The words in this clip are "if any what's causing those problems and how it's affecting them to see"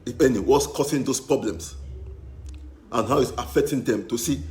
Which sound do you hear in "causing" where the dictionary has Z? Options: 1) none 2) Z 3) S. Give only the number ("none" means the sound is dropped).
3